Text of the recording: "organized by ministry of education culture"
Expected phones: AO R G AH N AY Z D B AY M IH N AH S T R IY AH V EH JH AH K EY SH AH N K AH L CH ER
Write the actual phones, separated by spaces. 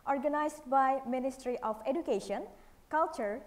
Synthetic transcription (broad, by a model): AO R G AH N AY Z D B AY M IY N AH S T R IY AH P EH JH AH K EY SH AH N K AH L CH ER